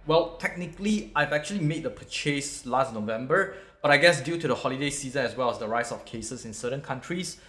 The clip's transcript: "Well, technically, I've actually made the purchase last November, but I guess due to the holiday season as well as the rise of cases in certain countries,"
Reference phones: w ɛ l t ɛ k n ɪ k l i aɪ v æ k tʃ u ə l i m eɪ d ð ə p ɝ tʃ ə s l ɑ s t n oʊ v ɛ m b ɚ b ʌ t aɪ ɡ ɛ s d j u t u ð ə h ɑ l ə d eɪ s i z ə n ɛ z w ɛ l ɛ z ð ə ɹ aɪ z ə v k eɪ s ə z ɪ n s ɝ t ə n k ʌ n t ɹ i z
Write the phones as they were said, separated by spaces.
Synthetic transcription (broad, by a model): w ɛ l t ɛ k n ɪ k l i aɪ v æ k tʃ u ə l i m eɪ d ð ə p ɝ tʃ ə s l ɑ s t n oʊ v ɛ m b ɚ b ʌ t aɪ ɡ ɛ s d j u t u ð ə h ɑ l ə d eɪ s i z ə n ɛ s w ɛ l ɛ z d ə ɹ aɪ s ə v k eɪ s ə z ɪ n s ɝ t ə n k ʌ n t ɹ i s